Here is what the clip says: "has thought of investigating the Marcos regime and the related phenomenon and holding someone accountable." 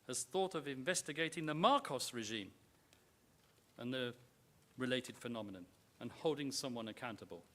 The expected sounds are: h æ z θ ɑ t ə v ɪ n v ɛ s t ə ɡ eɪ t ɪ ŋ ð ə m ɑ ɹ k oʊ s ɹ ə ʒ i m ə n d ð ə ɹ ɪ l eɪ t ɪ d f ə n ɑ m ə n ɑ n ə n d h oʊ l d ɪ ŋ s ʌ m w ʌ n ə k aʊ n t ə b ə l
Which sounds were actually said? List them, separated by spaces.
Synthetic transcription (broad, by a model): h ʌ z θ ɑ t ə v ɪ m v ɛ s t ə ɡ eɪ t ɪ ŋ ð ə m ɑ ɹ k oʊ s ɹ ə ʒ i m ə n ð ə ɹ ɪ l eɪ t ɪ d f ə n ɑ m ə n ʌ n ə n h oʊ l d ɪ ŋ s ʌ m w ʌ n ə k aʊ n t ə b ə l